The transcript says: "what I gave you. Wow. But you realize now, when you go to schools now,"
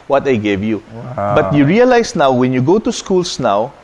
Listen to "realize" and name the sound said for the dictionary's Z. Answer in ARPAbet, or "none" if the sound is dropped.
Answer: S